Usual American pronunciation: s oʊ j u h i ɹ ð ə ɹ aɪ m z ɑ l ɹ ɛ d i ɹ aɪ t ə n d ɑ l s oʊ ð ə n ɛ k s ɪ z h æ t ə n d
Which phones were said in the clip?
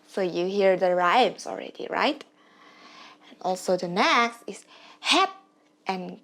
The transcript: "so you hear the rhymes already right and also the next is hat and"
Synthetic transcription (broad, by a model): s oʊ j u h i ɹ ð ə ɹ aɪ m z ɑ l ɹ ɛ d i ɹ aɪ t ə n ɑ l s oʊ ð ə n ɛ s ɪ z h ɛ t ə n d